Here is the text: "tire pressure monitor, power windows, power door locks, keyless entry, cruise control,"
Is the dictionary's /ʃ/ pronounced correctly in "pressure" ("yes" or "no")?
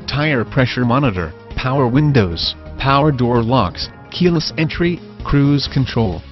yes